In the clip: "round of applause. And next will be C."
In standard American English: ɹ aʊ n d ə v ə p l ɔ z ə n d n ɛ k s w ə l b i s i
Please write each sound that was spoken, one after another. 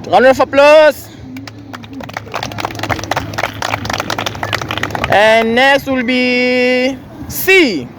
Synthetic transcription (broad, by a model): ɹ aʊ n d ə f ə p l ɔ s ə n n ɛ s w ə l b i s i